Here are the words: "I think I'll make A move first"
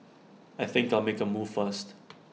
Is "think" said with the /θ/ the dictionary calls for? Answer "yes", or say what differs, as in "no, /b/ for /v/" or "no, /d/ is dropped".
yes